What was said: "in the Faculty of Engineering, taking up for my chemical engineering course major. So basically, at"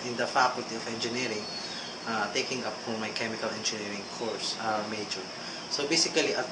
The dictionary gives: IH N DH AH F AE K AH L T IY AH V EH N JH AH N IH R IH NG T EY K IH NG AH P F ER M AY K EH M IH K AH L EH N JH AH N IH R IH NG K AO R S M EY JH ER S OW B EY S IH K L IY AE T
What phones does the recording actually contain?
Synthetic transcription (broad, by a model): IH N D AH F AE K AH L T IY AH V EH N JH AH N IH R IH NG T EY K IH NG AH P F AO M AY K EH M IH K AH L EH N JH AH N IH R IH NG K AO R S M EY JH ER S OW B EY S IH K L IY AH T